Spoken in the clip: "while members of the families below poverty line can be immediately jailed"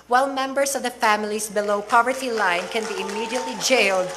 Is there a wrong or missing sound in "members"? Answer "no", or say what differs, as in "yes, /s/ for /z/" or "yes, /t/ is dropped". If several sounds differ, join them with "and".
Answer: yes, /s/ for /z/